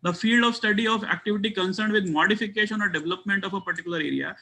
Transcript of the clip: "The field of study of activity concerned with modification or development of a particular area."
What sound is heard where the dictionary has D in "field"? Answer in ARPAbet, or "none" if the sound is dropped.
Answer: D